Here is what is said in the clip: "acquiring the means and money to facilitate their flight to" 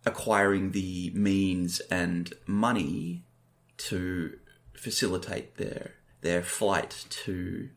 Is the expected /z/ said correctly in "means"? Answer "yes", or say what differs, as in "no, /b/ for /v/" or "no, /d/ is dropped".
yes